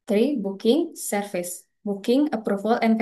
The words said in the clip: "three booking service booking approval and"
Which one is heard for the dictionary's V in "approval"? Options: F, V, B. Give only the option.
F